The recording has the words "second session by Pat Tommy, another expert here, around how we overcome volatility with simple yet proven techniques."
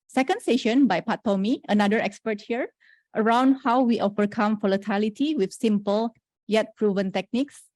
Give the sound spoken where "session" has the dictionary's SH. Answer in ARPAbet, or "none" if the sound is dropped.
SH